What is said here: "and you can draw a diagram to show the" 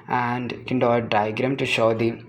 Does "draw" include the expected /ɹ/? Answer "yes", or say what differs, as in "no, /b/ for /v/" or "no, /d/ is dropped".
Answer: no, /ɹ/ is dropped